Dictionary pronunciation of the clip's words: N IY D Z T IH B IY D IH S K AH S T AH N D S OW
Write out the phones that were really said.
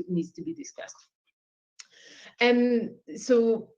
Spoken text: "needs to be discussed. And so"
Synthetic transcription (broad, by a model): N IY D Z T IH B IY D IH S K AH S T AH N S OW